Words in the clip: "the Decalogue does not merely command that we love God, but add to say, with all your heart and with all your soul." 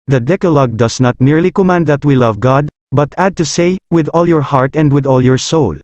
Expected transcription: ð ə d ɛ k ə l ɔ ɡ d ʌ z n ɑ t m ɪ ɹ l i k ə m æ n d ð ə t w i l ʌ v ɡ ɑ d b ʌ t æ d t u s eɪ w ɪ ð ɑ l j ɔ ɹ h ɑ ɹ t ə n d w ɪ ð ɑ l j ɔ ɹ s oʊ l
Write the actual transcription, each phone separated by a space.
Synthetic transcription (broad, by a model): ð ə d ɛ k ə l ɔ ɡ d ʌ s n ɑ t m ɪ ɹ l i k ə m æ n d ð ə t w i l ʌ v ɡ ɑ d b ʌ t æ d t u s eɪ w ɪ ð ɑ l j ɔ ɹ h ɑ ɹ t ə n d w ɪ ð ɑ l j ɔ ɹ s oʊ l